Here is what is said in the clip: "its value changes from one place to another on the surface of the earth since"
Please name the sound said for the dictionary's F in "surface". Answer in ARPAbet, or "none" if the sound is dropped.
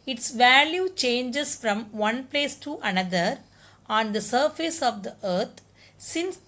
F